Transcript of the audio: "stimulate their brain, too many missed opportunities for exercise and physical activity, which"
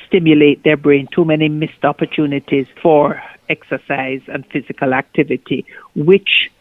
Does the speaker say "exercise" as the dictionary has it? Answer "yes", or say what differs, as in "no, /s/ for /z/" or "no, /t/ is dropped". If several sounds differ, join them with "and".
yes